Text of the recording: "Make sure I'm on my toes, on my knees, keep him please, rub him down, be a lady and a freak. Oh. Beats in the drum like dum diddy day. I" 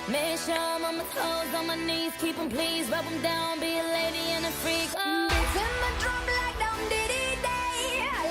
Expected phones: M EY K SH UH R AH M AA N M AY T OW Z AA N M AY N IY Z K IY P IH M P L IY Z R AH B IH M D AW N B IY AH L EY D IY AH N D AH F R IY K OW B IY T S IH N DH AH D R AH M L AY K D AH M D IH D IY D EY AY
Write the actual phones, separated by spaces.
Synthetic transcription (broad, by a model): M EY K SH AH M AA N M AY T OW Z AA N M AY N IY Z K IY P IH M P L IY Z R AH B IH M D AW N B IY AH L EY D IY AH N AH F R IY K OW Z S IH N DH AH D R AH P L AY K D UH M D IH D IY D EY